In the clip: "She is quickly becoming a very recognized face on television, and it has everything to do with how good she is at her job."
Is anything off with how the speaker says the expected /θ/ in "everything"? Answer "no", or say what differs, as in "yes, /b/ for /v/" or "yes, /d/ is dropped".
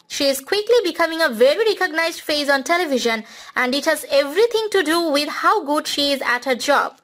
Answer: yes, /t/ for /θ/